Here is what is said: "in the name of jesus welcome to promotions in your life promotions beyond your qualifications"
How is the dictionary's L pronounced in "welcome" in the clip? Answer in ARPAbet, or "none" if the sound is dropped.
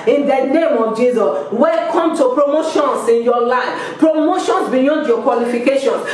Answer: none